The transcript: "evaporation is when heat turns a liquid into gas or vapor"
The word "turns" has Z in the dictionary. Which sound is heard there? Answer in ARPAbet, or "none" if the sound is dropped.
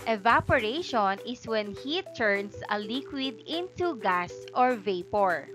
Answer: S